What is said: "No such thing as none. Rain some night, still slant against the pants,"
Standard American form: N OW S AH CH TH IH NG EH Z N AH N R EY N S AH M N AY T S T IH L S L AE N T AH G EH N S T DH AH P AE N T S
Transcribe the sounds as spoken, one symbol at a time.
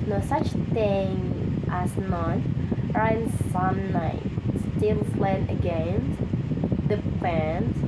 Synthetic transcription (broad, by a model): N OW S AH CH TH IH NG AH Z N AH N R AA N S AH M N AY T S T IH L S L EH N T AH G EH N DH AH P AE N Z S